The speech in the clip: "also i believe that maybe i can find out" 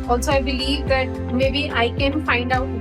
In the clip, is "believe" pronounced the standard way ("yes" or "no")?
yes